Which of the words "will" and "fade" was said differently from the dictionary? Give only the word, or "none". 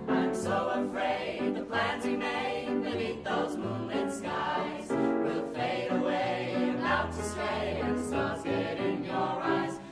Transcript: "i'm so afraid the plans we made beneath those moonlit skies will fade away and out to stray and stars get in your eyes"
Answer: none